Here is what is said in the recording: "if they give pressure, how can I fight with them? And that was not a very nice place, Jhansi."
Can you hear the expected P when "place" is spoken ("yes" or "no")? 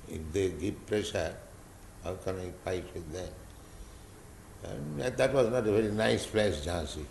no